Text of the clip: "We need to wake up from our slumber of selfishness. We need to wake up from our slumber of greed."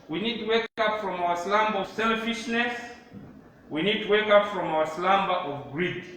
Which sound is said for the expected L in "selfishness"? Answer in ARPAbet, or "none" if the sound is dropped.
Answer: L